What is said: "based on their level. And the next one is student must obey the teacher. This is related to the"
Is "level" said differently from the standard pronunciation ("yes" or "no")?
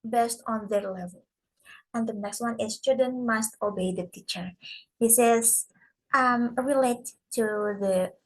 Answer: no